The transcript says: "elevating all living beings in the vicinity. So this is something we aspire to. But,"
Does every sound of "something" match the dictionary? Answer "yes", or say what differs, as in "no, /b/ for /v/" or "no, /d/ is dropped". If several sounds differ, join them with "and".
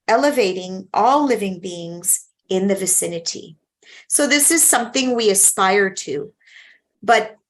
yes